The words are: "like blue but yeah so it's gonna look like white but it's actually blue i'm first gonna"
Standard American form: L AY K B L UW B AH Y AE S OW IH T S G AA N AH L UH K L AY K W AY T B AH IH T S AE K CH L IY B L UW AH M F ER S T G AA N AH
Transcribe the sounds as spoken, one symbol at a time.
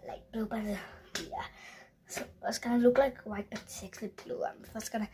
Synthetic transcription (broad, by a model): L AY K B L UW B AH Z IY S OW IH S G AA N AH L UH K L AY K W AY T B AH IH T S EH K S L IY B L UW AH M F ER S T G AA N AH